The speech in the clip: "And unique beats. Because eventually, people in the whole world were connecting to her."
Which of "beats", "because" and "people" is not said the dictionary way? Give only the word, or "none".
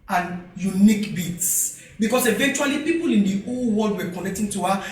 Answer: because